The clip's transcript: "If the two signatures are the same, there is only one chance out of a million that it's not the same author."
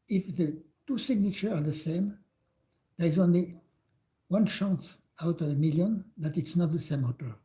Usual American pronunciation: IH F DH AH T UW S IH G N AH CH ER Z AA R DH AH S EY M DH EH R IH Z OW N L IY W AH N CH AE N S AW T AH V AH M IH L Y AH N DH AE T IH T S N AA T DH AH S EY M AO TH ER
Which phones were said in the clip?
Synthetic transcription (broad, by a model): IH F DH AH T UW S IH G N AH CH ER AA R DH AH S EY M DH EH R IH Z OW N L IY W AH N SH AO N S AW T AH V AH M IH L Y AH N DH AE T IH T S N AA T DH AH S EY M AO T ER